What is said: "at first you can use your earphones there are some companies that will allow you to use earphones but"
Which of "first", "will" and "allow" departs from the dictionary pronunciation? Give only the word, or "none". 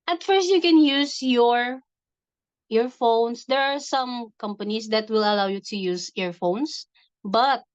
none